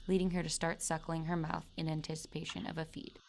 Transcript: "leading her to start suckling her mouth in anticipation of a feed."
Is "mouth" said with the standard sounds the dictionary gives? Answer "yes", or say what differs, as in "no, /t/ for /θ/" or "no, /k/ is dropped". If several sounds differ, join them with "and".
yes